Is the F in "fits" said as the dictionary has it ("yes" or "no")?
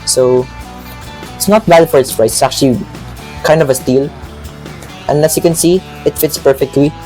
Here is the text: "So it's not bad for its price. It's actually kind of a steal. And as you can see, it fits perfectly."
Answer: yes